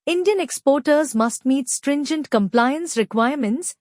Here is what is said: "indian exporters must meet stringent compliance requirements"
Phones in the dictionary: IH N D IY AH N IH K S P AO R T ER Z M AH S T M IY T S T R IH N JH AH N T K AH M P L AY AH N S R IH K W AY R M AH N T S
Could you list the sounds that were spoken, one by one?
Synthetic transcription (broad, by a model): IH N D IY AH N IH K S P AO R T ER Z M AH S T M IY T S T R IH N JH AH N T K AH M P L AY AH N S R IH K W AY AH M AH N T S